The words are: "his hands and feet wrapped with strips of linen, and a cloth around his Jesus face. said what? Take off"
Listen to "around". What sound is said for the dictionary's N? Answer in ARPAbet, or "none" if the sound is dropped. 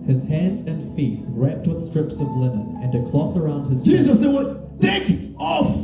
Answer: N